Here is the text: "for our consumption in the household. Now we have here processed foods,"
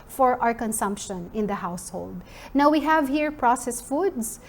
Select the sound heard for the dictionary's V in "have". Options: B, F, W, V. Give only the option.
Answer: V